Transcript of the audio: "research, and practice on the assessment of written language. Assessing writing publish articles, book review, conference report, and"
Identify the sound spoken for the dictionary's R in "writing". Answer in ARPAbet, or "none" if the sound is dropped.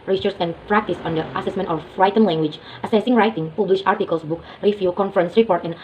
R